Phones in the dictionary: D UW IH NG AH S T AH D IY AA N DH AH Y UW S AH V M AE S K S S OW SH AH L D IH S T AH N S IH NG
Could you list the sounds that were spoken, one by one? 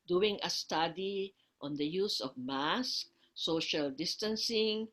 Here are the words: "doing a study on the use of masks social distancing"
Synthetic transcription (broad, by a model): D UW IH NG AH S T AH D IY AA N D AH Y UW S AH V M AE S K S S OW SH AH L D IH S T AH N S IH NG